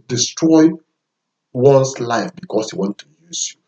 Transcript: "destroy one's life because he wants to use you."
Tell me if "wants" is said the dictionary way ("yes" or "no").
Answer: no